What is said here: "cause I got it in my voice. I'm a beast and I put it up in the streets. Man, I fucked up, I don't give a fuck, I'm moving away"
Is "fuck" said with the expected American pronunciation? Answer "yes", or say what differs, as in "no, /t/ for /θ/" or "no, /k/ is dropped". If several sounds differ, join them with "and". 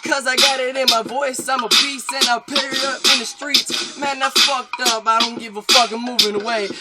yes